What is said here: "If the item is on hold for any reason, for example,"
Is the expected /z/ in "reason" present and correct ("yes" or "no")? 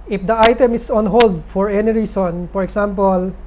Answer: no